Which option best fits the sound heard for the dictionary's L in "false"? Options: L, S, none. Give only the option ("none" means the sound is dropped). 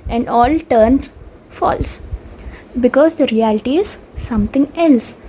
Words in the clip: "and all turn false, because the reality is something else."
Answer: L